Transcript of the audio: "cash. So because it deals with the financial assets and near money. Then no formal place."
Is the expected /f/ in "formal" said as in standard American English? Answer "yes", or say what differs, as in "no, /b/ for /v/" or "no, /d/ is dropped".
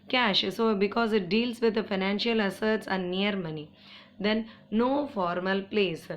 yes